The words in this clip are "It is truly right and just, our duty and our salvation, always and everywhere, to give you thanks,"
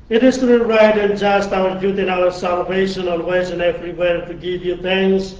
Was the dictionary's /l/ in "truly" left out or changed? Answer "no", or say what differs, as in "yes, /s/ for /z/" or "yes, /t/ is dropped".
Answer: yes, /l/ is dropped